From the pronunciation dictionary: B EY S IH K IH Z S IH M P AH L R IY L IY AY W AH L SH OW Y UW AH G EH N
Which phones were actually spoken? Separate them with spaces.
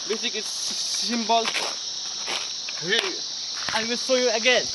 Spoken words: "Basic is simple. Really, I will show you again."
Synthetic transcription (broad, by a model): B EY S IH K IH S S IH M B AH L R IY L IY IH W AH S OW Y UW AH G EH N